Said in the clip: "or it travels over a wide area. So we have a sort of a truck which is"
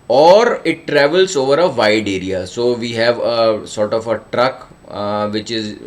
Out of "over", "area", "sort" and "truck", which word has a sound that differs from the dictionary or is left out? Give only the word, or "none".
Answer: none